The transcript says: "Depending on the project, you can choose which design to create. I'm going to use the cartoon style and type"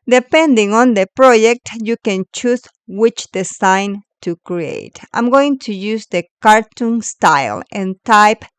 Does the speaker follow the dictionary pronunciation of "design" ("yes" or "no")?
no